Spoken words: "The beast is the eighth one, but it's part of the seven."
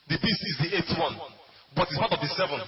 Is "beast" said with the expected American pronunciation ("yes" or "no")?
no